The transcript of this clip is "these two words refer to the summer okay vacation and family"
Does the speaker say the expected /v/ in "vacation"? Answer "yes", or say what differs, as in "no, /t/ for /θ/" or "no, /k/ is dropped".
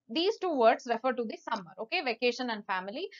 yes